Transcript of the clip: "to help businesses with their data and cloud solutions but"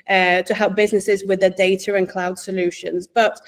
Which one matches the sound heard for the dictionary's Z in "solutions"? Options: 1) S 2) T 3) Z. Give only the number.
3